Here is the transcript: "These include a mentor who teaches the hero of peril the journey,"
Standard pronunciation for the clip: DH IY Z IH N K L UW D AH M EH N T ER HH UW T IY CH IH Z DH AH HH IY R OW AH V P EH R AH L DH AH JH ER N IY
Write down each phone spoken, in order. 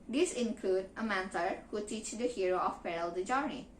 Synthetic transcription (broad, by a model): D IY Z IH N K L UW D AH M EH N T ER HH UW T IY CH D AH HH IY R OW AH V P EH R AH L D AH JH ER N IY